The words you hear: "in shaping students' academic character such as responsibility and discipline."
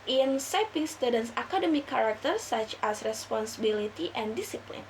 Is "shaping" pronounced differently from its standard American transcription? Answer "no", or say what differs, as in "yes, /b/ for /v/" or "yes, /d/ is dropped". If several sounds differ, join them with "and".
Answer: yes, /s/ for /ʃ/